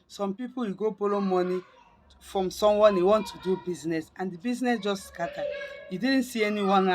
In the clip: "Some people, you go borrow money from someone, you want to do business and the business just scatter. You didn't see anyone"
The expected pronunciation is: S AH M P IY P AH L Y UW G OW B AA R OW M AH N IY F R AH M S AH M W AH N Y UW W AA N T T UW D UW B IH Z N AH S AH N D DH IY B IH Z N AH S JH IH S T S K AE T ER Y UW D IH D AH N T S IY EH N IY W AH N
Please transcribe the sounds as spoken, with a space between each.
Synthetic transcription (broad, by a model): S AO M P IY P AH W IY G OW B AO L OW M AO N IY F R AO M S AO M W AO N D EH W AA N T T UW D UW B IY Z N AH S AH N D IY B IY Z N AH S JH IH S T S K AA T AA Y UW D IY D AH N T S IY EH N IY W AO N